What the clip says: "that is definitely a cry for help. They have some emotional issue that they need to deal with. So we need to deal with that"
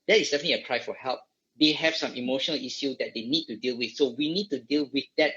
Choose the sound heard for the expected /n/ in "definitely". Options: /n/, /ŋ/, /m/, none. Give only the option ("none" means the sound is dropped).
none